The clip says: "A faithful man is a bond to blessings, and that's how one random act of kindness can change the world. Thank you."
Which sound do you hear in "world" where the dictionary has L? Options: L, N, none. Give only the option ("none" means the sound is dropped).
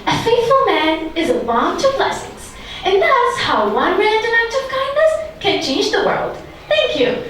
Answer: L